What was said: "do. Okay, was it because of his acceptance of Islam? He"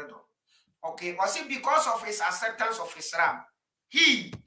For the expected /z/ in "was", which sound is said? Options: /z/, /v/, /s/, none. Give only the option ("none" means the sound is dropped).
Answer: /s/